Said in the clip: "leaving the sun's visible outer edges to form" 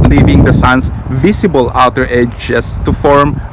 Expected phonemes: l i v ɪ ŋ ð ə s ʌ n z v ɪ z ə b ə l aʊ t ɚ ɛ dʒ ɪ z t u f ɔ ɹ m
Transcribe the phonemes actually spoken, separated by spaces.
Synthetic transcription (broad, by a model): l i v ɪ ŋ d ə s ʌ n s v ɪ s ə b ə l aʊ t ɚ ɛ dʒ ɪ s t u f ɔ ɹ m